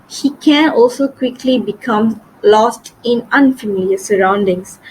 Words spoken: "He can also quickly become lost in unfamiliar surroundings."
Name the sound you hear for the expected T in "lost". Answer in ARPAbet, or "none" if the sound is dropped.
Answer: T